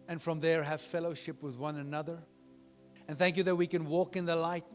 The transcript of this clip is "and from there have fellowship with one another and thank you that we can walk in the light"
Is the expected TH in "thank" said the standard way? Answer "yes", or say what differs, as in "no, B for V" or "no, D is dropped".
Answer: yes